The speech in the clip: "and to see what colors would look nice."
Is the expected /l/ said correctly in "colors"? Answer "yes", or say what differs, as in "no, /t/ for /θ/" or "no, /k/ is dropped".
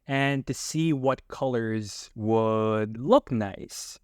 yes